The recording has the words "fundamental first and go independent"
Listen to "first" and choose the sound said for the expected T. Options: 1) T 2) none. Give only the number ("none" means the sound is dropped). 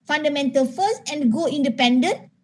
2